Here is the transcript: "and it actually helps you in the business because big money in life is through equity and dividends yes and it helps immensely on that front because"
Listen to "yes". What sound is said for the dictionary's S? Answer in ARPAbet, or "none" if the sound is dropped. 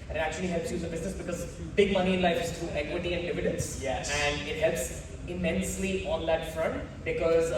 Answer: none